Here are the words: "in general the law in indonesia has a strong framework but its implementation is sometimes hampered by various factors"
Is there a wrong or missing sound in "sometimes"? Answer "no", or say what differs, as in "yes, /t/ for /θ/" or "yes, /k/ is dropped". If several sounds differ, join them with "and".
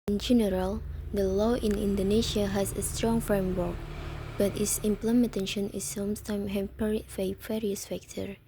yes, /z/ is dropped